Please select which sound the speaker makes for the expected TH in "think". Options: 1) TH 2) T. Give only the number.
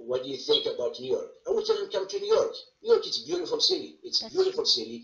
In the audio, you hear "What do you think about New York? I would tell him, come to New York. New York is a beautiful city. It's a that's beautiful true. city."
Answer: 1